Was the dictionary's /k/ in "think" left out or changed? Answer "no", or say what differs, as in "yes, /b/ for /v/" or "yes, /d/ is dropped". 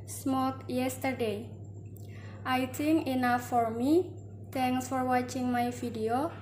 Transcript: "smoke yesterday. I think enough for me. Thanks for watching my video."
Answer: yes, /k/ is dropped